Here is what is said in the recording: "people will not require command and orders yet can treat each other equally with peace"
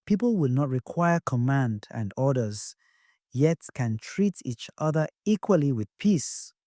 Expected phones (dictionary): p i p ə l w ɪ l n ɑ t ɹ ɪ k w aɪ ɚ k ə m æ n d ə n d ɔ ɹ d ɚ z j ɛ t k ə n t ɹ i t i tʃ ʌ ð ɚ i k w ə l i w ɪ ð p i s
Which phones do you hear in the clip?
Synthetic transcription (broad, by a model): p i p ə l w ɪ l n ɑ t ɹ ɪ k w aɪ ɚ k ə m æ n d ə n d ɔ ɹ d ɚ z j ɛ t k ə n t ɹ i t i tʃ ʌ ð ɚ i k w ə l i w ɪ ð p i s